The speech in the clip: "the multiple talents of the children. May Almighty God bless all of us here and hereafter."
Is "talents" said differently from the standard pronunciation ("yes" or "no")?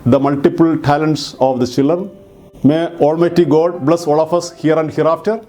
no